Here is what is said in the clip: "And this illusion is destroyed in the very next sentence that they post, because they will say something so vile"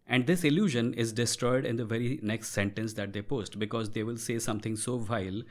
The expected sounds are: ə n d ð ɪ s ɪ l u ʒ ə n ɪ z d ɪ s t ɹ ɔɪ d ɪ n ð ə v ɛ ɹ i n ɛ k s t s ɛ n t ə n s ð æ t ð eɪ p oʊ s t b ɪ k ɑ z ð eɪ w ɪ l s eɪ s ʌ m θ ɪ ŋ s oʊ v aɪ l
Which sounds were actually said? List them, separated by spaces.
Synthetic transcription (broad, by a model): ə n d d ɪ s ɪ l u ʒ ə n ɪ z d ɪ s t ɹ ɔɪ d ɪ n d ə v ɛ ɹ i n ɛ k s t s ɛ n t ə n s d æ t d eɪ p oʊ s t b ɪ k ɑ z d eɪ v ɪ l s eɪ s ʌ m t ɪ ŋ s oʊ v aɪ l